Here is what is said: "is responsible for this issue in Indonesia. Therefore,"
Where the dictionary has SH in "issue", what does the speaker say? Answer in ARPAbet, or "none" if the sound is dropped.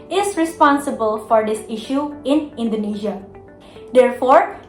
SH